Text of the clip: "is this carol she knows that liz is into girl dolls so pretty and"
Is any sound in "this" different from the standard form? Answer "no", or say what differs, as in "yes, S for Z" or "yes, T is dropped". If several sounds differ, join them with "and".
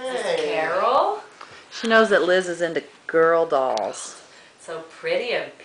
yes, S is dropped